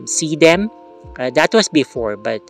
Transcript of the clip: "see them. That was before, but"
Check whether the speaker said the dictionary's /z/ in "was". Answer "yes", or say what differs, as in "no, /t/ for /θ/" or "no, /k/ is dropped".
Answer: no, /s/ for /z/